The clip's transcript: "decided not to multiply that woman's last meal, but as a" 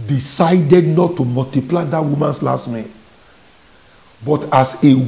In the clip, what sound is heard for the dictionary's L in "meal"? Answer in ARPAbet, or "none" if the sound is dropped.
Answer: N